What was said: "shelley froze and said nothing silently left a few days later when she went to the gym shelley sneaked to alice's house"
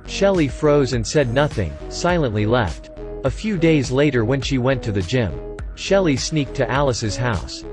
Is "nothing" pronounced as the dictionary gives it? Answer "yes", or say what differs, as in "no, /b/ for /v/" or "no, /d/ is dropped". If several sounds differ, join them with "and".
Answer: yes